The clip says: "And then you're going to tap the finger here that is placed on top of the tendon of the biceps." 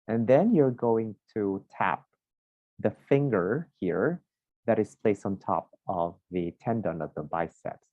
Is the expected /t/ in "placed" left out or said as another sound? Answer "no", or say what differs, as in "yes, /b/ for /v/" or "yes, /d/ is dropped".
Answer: no